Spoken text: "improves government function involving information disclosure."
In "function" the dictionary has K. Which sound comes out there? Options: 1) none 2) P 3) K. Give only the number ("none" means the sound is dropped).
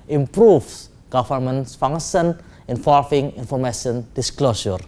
1